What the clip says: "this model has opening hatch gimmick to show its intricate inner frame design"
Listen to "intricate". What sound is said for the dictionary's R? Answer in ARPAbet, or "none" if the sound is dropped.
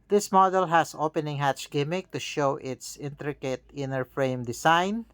R